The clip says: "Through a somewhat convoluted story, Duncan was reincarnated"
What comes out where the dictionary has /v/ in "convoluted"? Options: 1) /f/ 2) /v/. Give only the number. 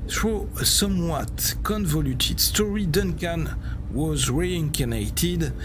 2